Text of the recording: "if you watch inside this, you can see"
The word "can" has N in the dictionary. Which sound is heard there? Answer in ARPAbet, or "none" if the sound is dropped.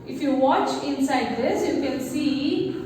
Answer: L